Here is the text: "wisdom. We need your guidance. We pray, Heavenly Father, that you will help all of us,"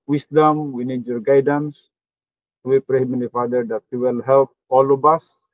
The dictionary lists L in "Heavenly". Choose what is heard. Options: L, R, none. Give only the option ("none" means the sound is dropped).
none